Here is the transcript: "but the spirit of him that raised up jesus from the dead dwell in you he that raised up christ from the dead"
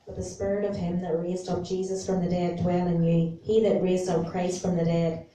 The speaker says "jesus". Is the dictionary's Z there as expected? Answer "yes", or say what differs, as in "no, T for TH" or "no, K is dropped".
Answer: yes